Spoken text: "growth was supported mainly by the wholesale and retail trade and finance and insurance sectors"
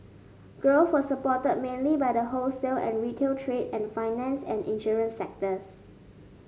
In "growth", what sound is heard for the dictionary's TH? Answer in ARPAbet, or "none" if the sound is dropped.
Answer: S